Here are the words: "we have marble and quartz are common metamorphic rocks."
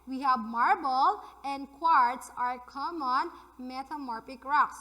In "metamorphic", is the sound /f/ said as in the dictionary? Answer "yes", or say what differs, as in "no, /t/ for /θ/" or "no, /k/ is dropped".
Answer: no, /p/ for /f/